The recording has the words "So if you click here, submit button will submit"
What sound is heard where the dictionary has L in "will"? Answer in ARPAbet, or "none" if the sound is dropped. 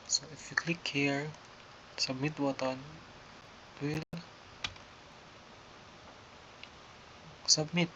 L